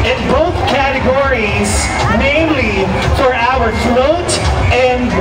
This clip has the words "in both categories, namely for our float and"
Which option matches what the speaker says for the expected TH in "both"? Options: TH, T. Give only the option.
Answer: TH